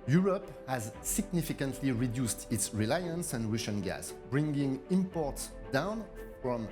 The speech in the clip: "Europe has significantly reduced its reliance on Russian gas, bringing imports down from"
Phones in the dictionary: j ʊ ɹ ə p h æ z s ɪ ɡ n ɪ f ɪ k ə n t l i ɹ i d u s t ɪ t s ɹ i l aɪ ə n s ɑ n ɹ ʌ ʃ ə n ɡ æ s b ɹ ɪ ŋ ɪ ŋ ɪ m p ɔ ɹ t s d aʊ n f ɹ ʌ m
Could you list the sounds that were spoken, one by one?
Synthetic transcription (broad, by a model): j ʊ ɹ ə p h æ z s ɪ ɡ n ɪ f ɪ k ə n t l i ɹ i d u s t ɪ t s ɹ i l aɪ ə n s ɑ n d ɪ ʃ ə n ɡ æ s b ɹ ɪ ŋ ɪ ŋ ɪ m p ɔ ɹ t s d aʊ n f ɹ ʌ m